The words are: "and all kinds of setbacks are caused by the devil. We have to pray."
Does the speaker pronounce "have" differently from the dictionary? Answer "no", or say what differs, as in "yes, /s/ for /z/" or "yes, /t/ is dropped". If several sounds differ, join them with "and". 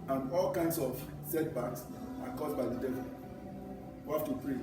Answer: yes, /f/ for /v/